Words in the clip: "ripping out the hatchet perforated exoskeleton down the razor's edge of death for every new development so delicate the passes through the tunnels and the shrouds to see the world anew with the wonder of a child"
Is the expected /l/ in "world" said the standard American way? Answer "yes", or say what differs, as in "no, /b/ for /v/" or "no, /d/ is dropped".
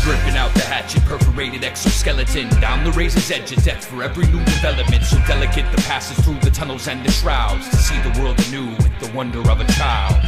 yes